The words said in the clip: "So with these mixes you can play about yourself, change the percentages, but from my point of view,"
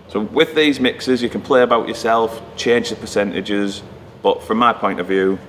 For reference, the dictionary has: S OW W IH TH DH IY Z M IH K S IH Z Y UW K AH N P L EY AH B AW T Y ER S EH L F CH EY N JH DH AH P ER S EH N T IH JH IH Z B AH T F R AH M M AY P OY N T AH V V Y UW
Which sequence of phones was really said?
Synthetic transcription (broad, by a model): S OW W IH DH IY Z M IH K S IH Z Y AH K AH N P L EY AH B AW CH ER S EH L F CH EY N JH DH AH P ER S EH N T IH JH IH Z B AH T F R AH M M AY P OY N T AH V V Y UW